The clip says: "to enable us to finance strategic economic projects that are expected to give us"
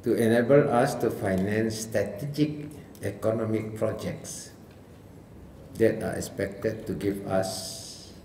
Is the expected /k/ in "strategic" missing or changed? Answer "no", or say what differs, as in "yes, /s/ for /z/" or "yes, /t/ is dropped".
no